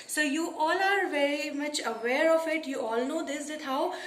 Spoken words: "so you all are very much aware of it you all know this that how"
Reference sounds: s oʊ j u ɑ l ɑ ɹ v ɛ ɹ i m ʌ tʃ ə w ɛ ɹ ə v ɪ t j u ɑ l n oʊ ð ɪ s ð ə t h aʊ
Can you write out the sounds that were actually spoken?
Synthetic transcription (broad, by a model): s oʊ j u ɑ l ɑ ɹ v ɛ ɹ i m ʌ tʃ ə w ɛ ɹ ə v ɪ t j u ɑ l n oʊ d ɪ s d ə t h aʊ